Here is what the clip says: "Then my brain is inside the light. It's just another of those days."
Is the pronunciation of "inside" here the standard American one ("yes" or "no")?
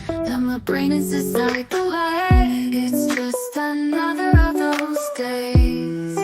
no